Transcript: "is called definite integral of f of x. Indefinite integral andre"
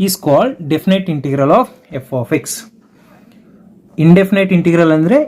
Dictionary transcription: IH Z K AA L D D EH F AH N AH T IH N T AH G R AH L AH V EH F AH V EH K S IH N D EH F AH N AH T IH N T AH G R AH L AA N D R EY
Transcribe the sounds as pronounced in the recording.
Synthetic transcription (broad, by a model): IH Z K AA L D D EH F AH N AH T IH N T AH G R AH L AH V EH F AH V EH K S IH N D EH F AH N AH T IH N T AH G R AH L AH N D R EY